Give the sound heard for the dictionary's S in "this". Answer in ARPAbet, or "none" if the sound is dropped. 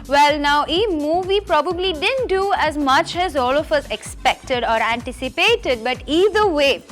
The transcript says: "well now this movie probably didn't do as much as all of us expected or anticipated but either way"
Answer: none